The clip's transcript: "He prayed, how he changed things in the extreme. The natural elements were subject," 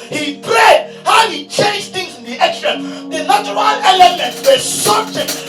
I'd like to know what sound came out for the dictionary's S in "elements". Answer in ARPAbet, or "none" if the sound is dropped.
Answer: none